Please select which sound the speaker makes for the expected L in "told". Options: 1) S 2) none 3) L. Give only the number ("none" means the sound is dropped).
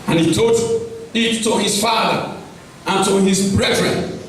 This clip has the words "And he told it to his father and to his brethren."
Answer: 2